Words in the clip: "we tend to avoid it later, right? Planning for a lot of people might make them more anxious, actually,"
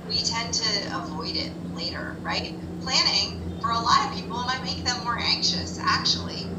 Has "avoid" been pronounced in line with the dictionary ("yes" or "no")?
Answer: yes